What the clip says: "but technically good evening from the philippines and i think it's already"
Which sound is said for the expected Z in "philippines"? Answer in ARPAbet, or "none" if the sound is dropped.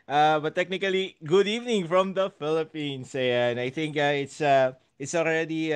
S